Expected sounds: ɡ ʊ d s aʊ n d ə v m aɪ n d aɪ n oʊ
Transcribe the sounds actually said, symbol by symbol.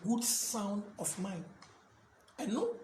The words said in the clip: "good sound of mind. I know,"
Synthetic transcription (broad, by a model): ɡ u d s aʊ n d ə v m aɪ n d aɪ n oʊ